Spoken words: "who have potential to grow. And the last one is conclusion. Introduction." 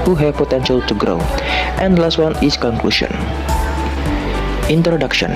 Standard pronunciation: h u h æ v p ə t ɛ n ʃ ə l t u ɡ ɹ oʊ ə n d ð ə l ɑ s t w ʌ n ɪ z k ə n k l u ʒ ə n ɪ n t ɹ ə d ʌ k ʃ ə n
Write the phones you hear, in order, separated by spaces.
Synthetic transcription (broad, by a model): h u h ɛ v p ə t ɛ n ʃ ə l t u ɡ ɹ oʊ ə n d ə l ɑ s t w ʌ n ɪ s k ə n k l u ʃ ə n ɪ n t ɹ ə d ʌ k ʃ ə n